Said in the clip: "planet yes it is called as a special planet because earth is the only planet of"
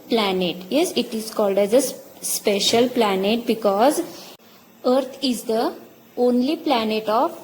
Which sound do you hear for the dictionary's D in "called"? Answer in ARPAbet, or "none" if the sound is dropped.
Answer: D